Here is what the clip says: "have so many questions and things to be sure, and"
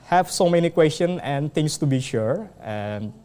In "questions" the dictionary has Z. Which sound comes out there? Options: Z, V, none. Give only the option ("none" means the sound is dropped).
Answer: none